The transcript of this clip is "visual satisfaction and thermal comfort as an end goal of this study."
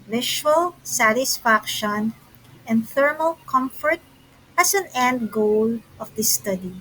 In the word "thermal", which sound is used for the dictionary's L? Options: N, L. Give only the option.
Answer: L